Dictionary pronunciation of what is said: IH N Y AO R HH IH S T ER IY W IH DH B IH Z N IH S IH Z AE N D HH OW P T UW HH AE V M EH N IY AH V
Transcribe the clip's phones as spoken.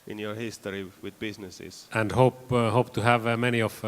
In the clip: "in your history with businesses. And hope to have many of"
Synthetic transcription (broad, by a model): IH N Y AO R HH IH S T ER IY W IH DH B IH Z N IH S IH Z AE N D HH OW P T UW HH AE V M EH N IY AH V